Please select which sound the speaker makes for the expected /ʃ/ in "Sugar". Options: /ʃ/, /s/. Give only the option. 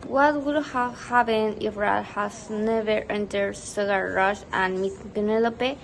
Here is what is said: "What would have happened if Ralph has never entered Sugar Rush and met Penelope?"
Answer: /s/